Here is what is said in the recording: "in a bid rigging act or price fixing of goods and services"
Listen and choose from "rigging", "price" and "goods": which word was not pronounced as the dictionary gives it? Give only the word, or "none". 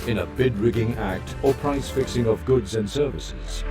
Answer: none